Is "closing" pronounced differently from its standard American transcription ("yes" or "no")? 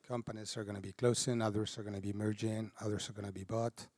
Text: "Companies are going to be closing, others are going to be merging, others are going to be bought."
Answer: yes